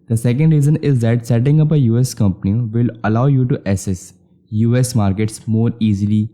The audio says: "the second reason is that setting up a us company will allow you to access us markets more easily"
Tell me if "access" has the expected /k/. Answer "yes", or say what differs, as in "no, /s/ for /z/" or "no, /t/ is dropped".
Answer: no, /k/ is dropped